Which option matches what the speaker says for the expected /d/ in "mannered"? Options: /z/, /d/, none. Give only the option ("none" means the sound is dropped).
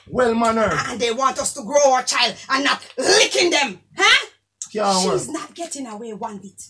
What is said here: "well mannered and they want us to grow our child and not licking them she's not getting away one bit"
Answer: none